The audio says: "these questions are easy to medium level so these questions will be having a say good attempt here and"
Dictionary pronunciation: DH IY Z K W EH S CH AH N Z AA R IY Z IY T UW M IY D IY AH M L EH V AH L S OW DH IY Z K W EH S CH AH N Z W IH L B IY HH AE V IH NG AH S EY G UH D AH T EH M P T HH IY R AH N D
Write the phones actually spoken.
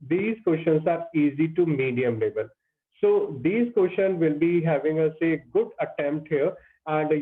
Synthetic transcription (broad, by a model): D IY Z K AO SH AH N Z AA R IY Z IY T UW M IY D IY AH M L EH B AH L S OW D IY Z K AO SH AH N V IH L B IY HH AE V IH NG AH S EY G UH D AH T EH M P T HH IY R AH N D